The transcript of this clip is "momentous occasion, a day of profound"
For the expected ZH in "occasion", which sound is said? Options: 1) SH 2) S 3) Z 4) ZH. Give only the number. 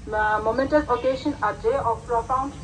1